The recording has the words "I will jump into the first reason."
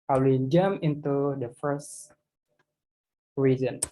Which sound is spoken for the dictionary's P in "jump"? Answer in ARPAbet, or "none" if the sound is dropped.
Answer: none